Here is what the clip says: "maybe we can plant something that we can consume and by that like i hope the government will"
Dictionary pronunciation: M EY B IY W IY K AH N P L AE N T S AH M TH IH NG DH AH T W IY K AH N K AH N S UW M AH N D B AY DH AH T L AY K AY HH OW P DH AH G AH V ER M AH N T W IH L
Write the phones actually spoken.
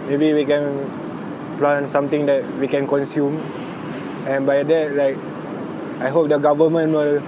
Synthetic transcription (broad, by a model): M EY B IY W IY K AH N P L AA N S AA M T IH NG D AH T W IY K AH N K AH N S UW M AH N B AY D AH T L AY K AY HH OW P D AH G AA V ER M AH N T W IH L